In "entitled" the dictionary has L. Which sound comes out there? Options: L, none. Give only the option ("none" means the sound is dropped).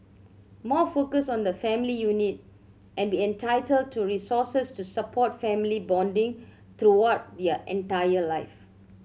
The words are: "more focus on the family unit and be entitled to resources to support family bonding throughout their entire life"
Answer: L